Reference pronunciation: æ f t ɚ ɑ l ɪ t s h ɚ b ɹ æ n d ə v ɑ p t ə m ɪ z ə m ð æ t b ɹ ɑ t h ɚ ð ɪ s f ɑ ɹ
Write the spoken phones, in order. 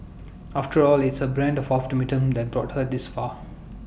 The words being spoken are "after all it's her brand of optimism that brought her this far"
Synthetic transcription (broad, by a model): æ f t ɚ ɑ l ɪ t s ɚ b ɹ æ n d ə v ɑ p t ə m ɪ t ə m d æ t b ɹ ɑ t h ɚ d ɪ s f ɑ